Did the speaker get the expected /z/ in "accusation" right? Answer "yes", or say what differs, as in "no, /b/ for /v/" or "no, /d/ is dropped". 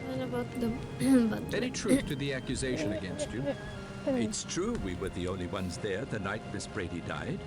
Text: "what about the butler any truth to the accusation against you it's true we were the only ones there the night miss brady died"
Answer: yes